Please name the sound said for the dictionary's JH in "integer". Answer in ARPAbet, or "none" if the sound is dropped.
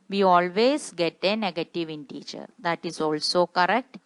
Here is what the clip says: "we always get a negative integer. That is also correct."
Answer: CH